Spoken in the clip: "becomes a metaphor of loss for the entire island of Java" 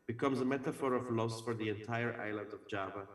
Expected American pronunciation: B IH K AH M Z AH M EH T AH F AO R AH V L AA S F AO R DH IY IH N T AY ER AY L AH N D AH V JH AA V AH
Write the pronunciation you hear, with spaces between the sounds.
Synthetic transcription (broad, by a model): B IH K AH M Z AH M EH T AH F AO R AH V L AA S F AO R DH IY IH N T AY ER AY L AH N D AH V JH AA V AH